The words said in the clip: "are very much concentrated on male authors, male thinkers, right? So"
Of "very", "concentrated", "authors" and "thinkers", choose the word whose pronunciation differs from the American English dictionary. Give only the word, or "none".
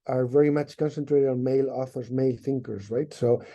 none